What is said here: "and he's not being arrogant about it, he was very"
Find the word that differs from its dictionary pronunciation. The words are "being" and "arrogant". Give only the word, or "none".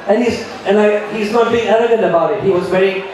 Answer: arrogant